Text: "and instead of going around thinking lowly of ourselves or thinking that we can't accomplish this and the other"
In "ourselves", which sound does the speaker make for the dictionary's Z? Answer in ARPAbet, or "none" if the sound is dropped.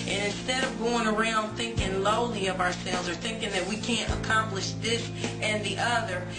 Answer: Z